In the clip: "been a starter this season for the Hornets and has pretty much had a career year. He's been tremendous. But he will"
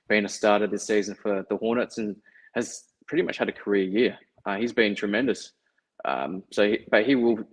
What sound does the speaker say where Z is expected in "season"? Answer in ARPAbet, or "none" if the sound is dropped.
Z